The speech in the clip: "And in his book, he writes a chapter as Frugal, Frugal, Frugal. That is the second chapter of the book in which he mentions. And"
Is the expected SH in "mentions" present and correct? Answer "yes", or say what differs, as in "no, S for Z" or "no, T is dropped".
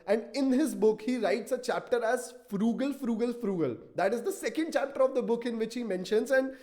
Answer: yes